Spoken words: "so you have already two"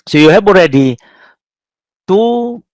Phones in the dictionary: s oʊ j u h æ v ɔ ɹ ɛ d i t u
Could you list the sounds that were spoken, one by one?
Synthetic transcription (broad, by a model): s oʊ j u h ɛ b ɔ ɹ ɛ d i t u